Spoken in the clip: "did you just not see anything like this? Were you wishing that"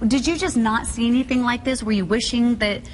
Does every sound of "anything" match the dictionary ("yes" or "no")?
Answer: yes